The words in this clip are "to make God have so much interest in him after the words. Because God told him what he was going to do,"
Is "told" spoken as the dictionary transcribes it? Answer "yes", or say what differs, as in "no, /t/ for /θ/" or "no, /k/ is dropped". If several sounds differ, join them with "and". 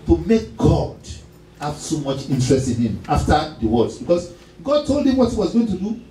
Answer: yes